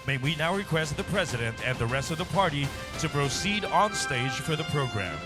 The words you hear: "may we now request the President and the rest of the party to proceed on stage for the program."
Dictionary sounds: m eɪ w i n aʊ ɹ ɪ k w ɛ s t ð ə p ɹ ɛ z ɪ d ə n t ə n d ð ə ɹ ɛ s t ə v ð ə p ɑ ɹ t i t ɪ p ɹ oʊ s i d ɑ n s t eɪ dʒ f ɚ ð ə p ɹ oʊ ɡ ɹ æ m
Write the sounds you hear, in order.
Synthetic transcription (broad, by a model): m eɪ w i n aʊ ɹ ɪ k w ɛ s t ð ə p ɹ ɛ z ɪ d ə n t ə n ð ə ɹ ɛ s t ə v ð ə p ɑ ɹ t i t ɪ p ɹ oʊ s i d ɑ n s t eɪ dʒ f ɚ ð ə p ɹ oʊ ɡ ɹ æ m